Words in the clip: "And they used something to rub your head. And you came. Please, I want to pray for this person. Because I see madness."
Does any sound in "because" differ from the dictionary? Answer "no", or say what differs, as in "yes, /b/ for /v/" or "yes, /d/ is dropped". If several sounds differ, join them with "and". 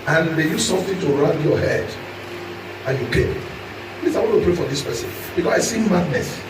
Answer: yes, /s/ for /z/